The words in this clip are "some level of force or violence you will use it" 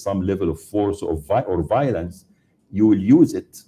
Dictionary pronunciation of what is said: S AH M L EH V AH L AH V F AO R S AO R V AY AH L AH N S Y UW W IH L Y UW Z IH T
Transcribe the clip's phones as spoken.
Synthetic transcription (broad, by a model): S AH M L EH V AH L AH V F AO R S AO R V AY AH L AH N S Y UW W IH L Y UW Z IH T